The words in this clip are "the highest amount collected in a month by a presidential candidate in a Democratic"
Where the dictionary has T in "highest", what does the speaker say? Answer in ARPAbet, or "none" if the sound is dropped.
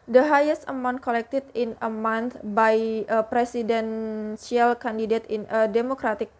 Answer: none